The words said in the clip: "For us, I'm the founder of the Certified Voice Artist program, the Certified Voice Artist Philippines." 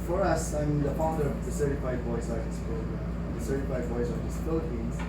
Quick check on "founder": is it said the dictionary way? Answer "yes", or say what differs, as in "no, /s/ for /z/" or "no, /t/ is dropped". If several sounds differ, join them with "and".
no, /p/ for /f/